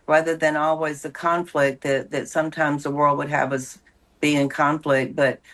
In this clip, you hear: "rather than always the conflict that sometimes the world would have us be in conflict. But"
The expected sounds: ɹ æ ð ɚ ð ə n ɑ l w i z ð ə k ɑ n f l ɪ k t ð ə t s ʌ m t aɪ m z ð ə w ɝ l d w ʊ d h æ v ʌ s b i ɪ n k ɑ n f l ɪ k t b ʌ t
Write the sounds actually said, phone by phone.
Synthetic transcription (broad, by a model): ɹ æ ð ɚ ð ə n ɑ l w i z ð ə k ɑ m f l ɪ k t ð ə t s ʌ m t aɪ m z ð ə w ɝ l d w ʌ d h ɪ v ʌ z b i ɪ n k ɑ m f l ɪ k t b ʌ t